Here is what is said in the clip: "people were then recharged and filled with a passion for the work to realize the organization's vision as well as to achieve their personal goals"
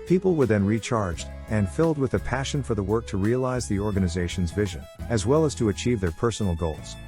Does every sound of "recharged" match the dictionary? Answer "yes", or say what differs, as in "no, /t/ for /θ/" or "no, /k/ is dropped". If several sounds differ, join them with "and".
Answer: yes